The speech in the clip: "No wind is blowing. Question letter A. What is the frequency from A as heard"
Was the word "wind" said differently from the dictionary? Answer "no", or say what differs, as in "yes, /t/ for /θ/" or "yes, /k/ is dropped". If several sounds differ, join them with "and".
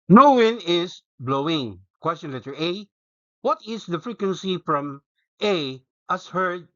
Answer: yes, /d/ is dropped